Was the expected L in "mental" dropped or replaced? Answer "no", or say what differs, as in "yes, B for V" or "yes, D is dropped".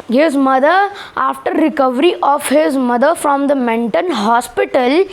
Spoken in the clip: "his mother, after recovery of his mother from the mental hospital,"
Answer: yes, N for L